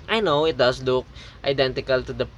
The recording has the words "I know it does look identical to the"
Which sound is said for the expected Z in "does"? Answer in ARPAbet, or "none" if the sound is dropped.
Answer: S